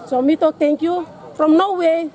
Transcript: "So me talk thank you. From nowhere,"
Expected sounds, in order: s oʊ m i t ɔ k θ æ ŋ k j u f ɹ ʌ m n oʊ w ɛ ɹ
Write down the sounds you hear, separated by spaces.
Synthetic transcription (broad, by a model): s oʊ m i t ɔ k t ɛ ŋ k j u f ɹ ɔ m n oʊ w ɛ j